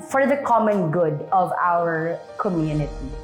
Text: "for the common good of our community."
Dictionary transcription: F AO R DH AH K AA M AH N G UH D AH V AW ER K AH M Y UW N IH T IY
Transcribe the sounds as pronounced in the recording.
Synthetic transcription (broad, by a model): F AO R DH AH K AA M AH N G UH D AH V AW ER K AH M Y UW N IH T IY